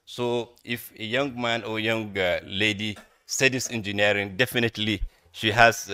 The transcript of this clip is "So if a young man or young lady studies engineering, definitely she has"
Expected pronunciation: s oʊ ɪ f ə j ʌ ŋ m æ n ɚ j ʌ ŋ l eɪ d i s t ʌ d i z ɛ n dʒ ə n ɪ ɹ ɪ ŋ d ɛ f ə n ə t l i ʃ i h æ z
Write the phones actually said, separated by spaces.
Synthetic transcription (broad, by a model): s oʊ ɪ f ə j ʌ ŋ m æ n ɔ j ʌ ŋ l eɪ d i s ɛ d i s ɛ n dʒ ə n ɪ ɹ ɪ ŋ d ɛ f ə n ə t l i ʃ i h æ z